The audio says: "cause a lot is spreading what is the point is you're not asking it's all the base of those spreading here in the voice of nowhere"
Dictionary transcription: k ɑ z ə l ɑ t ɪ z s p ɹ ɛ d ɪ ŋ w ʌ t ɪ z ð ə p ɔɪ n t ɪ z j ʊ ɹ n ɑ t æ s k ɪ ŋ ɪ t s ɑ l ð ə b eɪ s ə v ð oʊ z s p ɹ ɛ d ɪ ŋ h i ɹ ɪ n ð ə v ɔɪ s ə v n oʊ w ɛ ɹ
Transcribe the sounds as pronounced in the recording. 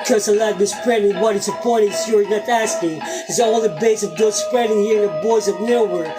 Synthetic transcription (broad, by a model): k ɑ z ə l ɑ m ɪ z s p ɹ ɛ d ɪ w ʌ t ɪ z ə p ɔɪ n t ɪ s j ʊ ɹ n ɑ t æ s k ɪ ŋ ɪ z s ɑ l ð ə b eɪ s ə v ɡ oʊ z s p ɹ ɛ d ɪ ŋ h i ɹ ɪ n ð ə b ɔɪ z ə v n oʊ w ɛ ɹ